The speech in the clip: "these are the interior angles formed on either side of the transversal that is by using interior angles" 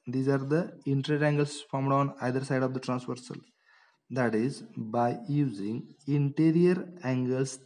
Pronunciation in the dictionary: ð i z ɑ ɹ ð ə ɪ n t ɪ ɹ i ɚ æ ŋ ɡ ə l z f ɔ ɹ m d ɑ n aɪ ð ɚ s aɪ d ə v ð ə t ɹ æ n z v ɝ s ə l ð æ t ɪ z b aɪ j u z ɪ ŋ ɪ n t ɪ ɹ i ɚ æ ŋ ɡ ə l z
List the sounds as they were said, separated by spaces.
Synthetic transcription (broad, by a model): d i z ɑ ɹ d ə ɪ n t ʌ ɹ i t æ ŋ ɡ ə l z f ɔ ɹ m d ɑ n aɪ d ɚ s aɪ d ə v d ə t ɹ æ n s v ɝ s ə l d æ t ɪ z b aɪ j u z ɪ ŋ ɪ n t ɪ ɹ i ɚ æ ŋ ɡ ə l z